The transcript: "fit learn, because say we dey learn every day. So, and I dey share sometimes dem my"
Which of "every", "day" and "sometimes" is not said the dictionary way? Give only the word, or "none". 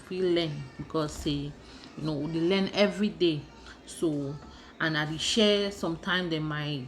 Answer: sometimes